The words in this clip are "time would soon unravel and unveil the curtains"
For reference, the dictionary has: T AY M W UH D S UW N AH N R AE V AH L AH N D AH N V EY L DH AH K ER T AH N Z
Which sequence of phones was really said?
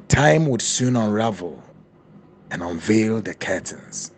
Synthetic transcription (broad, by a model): T AY M W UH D S UW N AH N R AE V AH L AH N AH N V EY L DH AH K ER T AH N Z